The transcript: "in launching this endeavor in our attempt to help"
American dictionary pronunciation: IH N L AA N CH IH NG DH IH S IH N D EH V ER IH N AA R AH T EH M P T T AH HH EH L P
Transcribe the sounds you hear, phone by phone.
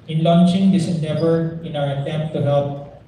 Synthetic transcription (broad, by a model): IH N L AA N CH IH NG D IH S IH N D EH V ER IH N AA W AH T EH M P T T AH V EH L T